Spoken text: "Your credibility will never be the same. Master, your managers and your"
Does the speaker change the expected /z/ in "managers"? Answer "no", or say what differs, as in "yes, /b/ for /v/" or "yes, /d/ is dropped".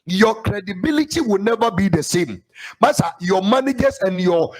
yes, /s/ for /z/